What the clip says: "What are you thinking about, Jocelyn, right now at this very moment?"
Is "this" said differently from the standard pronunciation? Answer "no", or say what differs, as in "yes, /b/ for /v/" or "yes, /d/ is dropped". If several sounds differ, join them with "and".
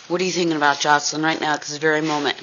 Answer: yes, /s/ is dropped